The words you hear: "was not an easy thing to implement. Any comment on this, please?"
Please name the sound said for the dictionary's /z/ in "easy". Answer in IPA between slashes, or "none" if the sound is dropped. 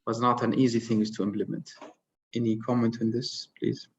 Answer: /z/